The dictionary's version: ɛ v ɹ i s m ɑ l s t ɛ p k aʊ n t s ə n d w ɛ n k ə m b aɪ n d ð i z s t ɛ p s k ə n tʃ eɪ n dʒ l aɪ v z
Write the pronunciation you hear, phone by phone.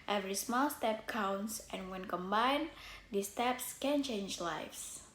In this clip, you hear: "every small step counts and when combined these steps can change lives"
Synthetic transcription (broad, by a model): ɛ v ɹ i s m ɑ l s t ɛ p k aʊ n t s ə n w ɛ n k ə m b aɪ n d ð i s t ɛ p s k ə n tʃ eɪ n dʒ l aɪ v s